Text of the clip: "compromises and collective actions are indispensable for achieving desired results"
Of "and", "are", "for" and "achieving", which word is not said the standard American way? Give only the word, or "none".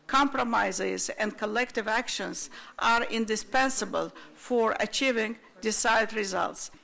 none